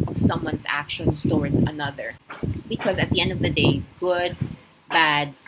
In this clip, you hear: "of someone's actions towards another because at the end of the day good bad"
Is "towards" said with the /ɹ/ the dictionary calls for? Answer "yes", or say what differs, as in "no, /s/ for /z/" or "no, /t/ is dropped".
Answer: yes